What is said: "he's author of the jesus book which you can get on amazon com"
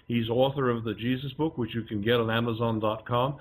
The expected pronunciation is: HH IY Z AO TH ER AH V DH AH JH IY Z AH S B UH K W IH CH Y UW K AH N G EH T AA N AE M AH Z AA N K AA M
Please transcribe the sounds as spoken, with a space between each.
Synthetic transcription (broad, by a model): HH IY Z AO TH ER AH V DH AH JH IY Z AH S B UH K W IH CH Y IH K AH N G EH T N AE M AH Z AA N K AA M